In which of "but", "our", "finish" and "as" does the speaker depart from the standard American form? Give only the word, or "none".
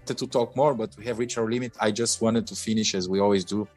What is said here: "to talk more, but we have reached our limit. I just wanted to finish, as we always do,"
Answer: none